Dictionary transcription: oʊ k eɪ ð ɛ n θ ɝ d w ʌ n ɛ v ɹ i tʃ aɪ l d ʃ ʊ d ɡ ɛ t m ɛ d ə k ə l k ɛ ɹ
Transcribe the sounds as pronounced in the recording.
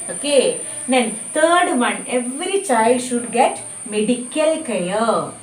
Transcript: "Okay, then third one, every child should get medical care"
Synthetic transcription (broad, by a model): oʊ k eɪ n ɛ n t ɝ d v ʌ n ɛ v ɹ i tʃ aɪ l d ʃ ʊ d ɡ ɛ t m ɛ d ə k ə l k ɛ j